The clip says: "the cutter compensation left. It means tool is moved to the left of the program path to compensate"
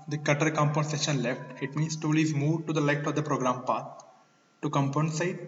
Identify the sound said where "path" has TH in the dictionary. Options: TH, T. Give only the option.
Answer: T